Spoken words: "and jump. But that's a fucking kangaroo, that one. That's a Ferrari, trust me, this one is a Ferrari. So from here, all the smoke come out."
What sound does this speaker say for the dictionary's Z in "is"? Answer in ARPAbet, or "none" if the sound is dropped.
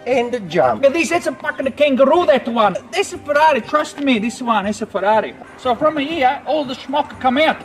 S